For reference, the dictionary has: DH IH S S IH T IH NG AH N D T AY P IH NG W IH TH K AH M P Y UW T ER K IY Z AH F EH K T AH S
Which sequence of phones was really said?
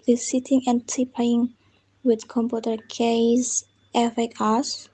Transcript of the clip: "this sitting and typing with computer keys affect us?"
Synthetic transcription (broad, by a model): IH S S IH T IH NG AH N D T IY P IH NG W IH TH K AH M P Y UW T ER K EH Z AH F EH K AH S